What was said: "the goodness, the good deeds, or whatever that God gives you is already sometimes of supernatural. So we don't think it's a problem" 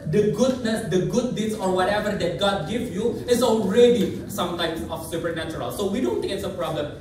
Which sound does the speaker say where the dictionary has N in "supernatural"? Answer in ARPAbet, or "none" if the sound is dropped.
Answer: N